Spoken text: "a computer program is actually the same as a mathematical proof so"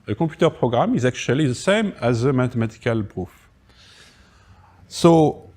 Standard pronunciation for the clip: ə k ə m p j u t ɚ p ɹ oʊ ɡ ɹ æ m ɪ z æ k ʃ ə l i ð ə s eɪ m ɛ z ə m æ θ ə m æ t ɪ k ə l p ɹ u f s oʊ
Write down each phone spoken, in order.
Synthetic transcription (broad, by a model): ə k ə p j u t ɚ p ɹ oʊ ɡ ɹ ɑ m ɪ z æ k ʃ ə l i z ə s eɪ m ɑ z ə m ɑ t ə m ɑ t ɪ k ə l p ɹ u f s oʊ